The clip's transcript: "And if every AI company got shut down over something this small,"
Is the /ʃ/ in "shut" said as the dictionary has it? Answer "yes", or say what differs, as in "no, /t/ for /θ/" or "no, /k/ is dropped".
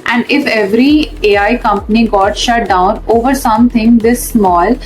yes